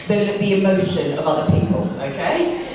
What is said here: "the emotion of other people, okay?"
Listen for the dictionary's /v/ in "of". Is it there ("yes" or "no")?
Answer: yes